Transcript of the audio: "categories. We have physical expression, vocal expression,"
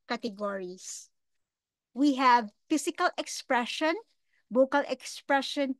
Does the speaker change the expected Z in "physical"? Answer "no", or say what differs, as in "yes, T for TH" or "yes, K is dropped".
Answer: yes, S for Z